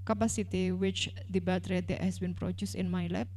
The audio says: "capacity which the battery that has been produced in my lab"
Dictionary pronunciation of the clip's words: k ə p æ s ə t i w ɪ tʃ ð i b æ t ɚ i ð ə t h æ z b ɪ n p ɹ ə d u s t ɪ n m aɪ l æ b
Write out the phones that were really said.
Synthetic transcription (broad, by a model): k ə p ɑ s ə t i w ɪ tʃ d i b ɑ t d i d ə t h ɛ s b ɪ n p ɹ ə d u s ɪ n m aɪ l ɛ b